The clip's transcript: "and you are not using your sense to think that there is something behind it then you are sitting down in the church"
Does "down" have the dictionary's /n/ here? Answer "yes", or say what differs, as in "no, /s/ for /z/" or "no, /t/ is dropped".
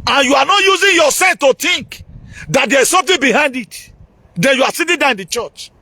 no, /n/ is dropped